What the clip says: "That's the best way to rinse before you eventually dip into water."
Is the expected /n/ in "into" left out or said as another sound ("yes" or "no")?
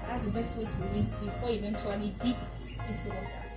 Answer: yes